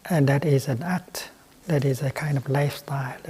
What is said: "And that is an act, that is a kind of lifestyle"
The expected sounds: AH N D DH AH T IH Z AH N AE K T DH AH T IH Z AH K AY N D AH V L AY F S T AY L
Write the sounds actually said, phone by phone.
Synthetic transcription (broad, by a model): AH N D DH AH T IH Z AH N AE K T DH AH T IH Z AH K AY N D AH V L AY F S T AY L